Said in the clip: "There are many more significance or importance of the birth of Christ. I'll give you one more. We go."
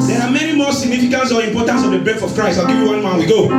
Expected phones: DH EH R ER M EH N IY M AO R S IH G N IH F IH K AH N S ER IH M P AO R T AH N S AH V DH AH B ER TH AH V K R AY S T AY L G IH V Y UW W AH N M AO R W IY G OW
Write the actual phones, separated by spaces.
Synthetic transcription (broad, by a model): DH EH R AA M EH N IY M AO S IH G N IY F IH K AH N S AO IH M P AO T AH N S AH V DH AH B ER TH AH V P R AY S AY L G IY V Y UW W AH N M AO W IY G OW